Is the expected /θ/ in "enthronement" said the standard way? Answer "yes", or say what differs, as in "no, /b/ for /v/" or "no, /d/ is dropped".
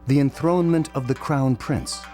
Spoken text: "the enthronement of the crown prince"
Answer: yes